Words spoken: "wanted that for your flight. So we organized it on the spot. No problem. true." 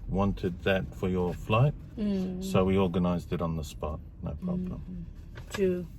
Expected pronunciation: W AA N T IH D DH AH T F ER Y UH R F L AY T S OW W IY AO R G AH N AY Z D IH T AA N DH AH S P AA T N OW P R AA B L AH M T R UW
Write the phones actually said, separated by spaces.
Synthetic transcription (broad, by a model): W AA N T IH D DH AH T F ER Y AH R F L AY T S OW W IY AO R G AH N AY Z D IH T N DH AH S P AA T N OW P R AA B L AH M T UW